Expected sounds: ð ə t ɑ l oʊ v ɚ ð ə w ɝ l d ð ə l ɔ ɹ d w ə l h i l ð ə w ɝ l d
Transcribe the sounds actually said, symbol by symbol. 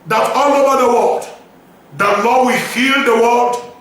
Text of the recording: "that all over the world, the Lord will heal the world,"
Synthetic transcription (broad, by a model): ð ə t ɑ l oʊ v ɚ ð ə w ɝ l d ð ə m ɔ w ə h i l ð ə w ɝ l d